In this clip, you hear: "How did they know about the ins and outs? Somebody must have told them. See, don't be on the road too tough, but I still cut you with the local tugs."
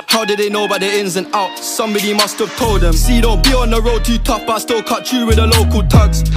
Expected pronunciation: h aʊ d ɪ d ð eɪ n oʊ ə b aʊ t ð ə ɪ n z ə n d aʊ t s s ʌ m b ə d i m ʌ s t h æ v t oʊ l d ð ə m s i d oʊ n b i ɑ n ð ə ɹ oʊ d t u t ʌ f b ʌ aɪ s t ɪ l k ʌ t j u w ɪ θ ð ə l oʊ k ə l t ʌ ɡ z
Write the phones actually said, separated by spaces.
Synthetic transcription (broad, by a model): h aʊ d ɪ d ð eɪ n oʊ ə b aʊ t ð ə ɪ n z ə n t aʊ t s s ʌ m b ə d i m ʌ s t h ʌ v t oʊ l d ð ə m s i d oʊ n b i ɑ n ð ə ɹ oʊ d t u t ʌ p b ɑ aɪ s t ɪ l k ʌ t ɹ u w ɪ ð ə l oʊ k ə l t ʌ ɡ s